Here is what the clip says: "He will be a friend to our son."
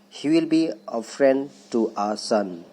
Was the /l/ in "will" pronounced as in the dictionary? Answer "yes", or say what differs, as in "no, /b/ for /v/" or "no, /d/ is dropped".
yes